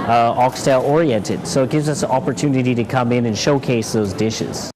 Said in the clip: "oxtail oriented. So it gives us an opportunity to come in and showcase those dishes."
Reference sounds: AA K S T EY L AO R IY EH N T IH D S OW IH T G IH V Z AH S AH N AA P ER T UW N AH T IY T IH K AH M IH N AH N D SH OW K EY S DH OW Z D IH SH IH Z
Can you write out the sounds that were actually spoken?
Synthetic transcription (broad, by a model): AA K S T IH L AO R IY EH N T IH D S OW IH T G IH V Z AH S AH N AA P ER T UW N AH T IY T IH K AH M IH N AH N SH OW K EY S DH OW Z D IH SH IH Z